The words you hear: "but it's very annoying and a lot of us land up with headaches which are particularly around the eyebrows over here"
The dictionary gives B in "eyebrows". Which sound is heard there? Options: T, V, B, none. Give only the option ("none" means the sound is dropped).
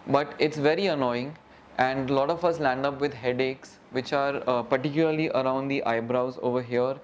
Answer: B